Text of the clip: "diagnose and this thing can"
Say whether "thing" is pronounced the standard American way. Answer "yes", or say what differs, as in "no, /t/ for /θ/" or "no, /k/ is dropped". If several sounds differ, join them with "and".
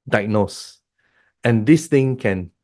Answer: no, /t/ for /θ/